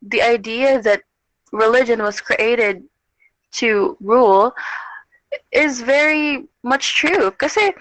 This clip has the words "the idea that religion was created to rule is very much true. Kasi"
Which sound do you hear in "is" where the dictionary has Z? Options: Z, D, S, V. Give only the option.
Z